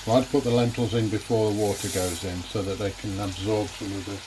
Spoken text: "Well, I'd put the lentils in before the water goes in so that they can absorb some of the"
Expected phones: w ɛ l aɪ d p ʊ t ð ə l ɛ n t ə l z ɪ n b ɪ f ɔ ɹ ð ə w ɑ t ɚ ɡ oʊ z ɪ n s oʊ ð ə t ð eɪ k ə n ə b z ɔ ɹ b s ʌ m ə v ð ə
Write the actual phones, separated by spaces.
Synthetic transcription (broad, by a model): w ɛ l aɪ d p ʊ t ð ə l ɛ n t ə l z ɪ n b ɪ f ɔ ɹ ð ə w ɑ t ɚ ɡ oʊ z ɪ n s oʊ ð ə t ð eɪ k ə n ə b z ɔ ɹ b s ʌ m ə v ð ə